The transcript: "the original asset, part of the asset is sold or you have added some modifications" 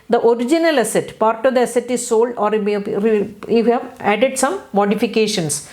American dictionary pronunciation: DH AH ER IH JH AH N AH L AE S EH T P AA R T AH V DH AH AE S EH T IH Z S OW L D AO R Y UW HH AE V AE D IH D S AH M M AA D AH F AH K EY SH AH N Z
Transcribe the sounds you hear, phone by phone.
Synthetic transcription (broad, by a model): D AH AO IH JH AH N AH L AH S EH T P AA R T AH V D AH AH S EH T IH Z S OW L D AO R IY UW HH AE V AE D IH D S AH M M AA D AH F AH K EY SH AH N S